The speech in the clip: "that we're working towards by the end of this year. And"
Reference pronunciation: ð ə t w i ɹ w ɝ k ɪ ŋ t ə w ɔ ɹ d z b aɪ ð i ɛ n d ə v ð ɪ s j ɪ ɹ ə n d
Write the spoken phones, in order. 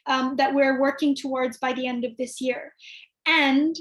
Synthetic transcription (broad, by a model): ð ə t w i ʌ w ɝ k ɪ ŋ t ə w ɔ ɹ d z b aɪ ð i ɛ n d ə v ð ɪ s j ɪ ɹ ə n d